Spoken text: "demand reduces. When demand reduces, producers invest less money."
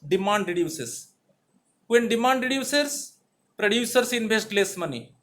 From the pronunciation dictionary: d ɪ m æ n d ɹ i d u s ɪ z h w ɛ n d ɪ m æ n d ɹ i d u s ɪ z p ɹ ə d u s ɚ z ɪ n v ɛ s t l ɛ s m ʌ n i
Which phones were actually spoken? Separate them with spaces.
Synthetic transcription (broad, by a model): d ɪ m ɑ n d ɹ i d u s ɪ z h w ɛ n d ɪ m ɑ n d ɹ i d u s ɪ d p ɹ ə d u s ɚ s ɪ n b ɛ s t l ɛ s m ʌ n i